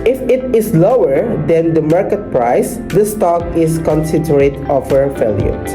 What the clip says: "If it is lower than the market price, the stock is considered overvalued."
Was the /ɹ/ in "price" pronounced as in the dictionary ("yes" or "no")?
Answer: yes